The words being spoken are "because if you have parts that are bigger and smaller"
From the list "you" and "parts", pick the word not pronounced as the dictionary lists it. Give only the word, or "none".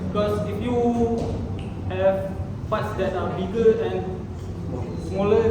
parts